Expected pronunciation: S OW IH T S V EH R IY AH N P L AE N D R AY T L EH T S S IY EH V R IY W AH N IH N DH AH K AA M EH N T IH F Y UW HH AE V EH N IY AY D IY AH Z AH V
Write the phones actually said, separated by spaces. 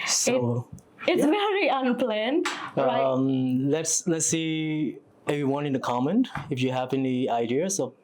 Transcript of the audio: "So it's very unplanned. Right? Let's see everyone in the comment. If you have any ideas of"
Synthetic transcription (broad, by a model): S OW IH T S V EH R IY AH N P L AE N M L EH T L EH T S S IY EH V R IY W AH N IH N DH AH K AA M EH N T IH F Y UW HH AE V EH N IY AY D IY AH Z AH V